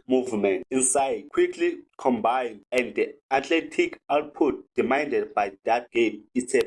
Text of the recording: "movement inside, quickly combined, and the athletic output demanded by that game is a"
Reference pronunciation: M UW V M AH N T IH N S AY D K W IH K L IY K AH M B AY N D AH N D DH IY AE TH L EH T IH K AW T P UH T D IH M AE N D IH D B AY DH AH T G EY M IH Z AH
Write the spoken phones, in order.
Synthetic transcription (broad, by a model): M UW V M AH N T IH N S AY D K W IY K L IY K AH M B AY N D AH N D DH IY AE T L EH T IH K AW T P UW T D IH M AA N D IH D B AY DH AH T G EY M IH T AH